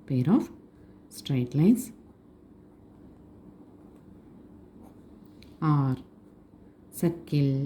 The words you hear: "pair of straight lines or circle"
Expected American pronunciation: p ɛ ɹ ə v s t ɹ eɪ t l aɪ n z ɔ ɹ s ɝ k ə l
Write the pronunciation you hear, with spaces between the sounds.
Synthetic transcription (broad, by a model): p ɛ ɹ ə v s t ɹ eɪ t l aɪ n s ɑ ɹ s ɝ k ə l